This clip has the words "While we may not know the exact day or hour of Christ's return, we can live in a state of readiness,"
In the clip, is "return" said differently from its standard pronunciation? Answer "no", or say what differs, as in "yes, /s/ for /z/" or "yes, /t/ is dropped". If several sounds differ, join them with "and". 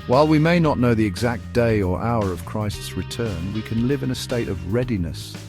no